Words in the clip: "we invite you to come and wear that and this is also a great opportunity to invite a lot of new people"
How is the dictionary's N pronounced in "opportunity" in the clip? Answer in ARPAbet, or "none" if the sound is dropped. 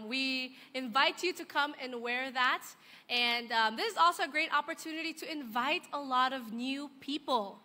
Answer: N